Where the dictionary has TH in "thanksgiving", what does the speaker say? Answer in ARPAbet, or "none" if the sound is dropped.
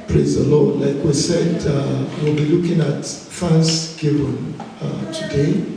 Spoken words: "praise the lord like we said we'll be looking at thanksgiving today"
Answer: F